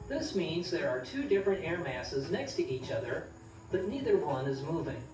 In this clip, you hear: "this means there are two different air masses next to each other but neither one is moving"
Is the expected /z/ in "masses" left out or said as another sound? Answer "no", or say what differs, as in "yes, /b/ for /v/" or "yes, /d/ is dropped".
no